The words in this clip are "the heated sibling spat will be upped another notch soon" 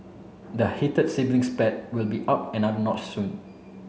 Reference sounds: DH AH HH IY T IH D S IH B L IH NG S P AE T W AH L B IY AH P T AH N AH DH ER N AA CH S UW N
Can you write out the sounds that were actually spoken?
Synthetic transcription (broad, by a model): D AH HH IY T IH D S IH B L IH NG S P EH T W AH L B IY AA P AH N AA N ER N AA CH S UW N